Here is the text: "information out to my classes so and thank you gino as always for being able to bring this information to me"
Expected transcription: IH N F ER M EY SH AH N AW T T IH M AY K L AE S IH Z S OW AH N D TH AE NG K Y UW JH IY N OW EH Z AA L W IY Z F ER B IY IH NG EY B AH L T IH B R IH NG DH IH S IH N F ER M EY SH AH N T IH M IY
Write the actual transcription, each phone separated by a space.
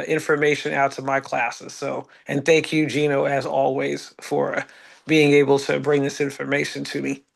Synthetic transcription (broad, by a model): IH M F ER M EY SH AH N AW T T IH M AY K L AE S IH Z S OW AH N TH AE NG K Y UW JH IY N OW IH Z AA L W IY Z F ER B IY IH NG EY B L T IH B R IH NG DH IH S IH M F ER M EY SH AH N T IH M IY